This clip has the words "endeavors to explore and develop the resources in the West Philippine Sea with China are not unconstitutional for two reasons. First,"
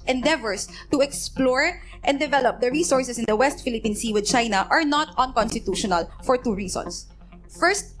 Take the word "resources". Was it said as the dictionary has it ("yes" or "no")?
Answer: no